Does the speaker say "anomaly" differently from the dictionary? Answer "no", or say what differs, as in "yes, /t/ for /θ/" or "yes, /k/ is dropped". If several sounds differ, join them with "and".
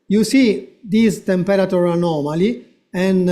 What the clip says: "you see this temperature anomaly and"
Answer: no